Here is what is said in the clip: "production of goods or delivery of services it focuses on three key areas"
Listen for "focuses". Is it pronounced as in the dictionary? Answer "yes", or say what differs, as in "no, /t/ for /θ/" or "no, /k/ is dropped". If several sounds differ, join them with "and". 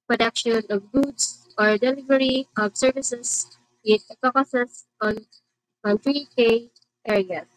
no, /p/ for /f/